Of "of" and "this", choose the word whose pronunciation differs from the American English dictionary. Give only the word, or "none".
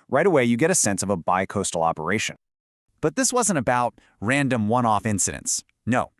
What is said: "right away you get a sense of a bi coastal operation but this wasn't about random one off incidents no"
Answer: none